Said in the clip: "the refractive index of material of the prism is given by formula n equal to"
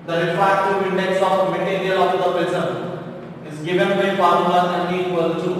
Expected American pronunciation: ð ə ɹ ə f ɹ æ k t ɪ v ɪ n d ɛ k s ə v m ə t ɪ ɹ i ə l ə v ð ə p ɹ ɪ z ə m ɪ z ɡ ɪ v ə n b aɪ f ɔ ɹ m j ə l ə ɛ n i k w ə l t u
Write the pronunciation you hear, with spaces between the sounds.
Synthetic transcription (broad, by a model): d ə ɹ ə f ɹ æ t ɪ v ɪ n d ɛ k s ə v m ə t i ɹ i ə l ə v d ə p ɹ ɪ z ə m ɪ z ɡ ɪ v ə n b aɪ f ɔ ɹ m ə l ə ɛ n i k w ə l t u